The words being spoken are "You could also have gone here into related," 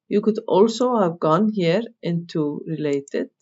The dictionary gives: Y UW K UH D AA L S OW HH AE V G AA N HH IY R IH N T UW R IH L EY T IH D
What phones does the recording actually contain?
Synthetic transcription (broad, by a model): Y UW K UH D AA L S OW HH AE V G AA N HH IY R IH N T UW R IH L EY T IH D